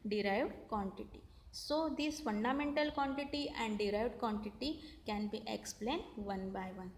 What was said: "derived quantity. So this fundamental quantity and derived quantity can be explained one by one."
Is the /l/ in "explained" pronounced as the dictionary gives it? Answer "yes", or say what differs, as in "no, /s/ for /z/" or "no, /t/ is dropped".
yes